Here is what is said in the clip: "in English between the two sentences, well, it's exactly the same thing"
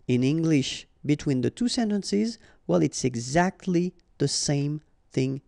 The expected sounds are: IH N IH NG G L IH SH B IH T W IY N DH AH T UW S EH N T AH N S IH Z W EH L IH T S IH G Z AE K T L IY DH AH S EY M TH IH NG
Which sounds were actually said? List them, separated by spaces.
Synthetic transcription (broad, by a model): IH N IH NG G L IH SH B IH T W IY N DH AH T UW S EH N T AH N S IH Z W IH L IH T S IH G Z AE K T L IY DH AH S EY M TH IH NG